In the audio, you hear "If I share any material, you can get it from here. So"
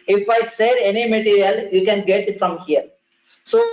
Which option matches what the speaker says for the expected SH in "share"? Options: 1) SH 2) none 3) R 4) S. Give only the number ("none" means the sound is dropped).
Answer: 4